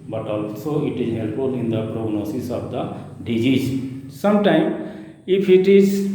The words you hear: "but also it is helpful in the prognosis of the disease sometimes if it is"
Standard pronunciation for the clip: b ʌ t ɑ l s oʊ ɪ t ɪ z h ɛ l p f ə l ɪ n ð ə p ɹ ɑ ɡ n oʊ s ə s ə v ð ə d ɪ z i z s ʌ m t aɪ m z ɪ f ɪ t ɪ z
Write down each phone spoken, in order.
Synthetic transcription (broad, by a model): b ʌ t ɑ l s oʊ ɪ t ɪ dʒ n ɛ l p ə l ɪ n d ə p ɹ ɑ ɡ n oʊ s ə s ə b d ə d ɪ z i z s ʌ m t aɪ m ɪ p ɪ t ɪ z